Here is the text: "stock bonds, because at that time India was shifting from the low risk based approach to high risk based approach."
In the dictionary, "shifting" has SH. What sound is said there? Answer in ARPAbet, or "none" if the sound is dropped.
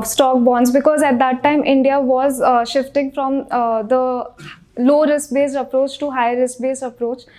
SH